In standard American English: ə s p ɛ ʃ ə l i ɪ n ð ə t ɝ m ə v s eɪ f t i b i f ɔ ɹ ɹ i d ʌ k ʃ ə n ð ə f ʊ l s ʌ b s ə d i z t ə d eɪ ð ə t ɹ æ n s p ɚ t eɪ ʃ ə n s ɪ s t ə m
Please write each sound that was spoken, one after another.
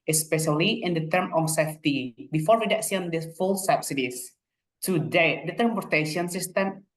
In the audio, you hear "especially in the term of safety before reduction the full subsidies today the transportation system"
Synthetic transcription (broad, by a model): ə s p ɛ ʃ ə l i ɪ n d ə t ɝ m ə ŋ s eɪ f t i b i f ɔ ɹ w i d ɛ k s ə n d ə f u l s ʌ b s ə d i s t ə d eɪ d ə t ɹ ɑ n p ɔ t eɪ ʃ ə n s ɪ s t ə m